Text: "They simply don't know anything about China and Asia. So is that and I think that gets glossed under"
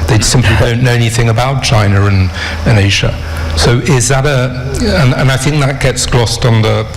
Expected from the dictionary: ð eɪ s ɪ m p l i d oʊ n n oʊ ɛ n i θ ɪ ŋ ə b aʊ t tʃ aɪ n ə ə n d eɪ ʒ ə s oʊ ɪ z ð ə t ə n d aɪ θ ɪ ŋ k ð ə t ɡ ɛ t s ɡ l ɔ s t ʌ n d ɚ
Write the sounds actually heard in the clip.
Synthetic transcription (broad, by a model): ð eɪ s ɪ m p l i d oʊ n n oʊ ɛ n i θ ɪ ŋ ə b aʊ t tʃ aɪ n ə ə n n eɪ ʒ ə s oʊ ɪ z ð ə t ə n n aɪ θ ɪ ŋ k ð ə t ɡ ɛ t s ɡ l ɔ s t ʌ n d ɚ